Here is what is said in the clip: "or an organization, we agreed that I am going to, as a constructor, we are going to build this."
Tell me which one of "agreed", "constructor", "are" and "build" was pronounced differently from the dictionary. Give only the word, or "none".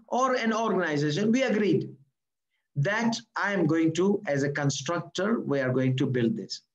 none